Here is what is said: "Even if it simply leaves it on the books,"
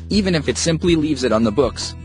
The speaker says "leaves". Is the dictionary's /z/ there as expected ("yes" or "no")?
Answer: yes